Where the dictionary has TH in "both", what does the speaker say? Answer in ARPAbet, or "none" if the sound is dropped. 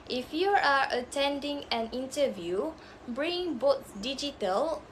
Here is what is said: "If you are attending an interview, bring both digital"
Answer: T